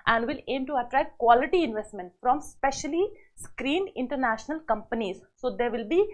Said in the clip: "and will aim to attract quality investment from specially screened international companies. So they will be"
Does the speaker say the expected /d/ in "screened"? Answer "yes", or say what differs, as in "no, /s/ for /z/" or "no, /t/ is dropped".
no, /d/ is dropped